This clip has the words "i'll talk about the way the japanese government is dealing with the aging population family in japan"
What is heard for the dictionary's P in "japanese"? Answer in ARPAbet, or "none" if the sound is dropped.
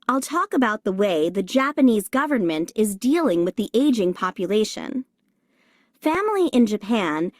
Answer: P